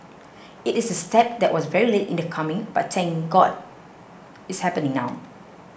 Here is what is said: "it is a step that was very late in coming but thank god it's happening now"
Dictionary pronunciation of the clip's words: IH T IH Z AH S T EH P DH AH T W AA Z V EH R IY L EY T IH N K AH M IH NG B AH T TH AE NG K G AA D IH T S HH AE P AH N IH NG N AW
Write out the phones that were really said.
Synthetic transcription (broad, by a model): IH T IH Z AH S T EH P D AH T W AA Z V EH R IY L EY T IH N K AH M IH NG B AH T S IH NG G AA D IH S HH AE P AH N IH NG N AW